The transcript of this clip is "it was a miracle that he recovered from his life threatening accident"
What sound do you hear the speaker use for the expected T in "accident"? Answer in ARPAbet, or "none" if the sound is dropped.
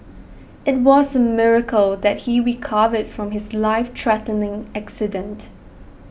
T